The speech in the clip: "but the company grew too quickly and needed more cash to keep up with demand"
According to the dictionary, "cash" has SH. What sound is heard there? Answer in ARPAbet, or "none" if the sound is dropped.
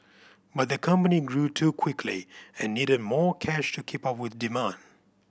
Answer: SH